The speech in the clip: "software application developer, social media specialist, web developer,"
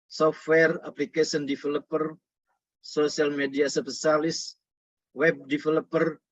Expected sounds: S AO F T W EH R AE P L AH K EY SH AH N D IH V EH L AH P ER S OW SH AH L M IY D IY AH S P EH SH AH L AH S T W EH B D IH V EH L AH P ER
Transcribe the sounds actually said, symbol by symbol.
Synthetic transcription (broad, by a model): S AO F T W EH R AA P L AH K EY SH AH N D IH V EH L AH P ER S OW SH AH L M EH D IY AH S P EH S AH L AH S W EH B D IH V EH L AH P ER